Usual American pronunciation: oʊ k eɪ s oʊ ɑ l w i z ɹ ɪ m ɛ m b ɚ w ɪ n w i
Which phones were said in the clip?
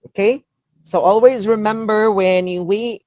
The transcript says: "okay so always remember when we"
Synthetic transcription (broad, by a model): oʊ k eɪ s oʊ ɑ l w i z ɹ ɪ m ɛ m b ɚ w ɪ n w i